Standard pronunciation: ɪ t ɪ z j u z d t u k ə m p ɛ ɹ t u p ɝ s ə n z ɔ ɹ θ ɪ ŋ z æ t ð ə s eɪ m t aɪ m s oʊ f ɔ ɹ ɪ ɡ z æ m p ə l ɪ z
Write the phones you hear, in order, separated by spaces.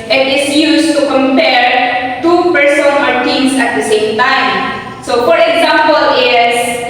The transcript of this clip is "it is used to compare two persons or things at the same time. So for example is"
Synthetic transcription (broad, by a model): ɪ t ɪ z j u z t u k ə m p ɛ ɹ t u p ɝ s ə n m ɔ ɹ t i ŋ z æ t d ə s eɪ m t aɪ m s oʊ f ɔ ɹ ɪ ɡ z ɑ m p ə l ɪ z